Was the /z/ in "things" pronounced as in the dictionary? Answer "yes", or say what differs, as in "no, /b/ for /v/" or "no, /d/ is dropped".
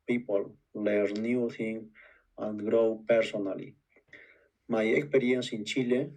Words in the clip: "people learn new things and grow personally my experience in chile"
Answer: no, /z/ is dropped